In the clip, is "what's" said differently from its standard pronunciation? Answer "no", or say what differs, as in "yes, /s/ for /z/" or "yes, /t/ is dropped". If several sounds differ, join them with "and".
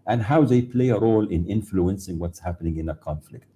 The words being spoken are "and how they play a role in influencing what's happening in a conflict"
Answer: no